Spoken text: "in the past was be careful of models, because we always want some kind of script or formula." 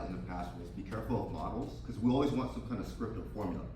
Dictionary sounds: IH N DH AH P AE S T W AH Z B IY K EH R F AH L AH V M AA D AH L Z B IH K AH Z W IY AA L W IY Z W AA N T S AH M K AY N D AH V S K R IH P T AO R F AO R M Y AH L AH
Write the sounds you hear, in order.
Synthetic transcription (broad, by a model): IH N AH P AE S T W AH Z B IY K EH R F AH L AH V M AA D L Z K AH Z W IY AA L W IY Z W AA N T S AH M K AY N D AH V S K R IH P T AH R F AO R M Y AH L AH